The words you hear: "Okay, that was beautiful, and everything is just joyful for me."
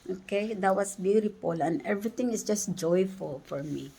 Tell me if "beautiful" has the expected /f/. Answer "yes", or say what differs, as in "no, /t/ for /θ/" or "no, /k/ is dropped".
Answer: no, /p/ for /f/